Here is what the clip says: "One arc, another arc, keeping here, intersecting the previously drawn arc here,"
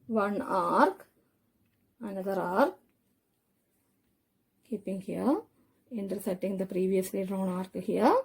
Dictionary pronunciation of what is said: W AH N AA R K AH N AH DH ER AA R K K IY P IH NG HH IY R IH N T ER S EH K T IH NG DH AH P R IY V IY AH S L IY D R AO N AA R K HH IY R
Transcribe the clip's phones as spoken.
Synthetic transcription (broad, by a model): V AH N AA R K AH N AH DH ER AA R K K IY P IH NG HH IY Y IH N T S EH T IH NG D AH P R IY V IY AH S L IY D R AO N AA R K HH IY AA